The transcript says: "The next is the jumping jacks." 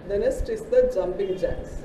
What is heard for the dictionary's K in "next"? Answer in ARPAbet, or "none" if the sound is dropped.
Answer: none